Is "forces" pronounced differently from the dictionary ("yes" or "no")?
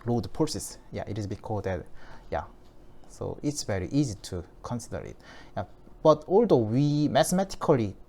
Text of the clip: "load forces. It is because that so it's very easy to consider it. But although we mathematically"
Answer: yes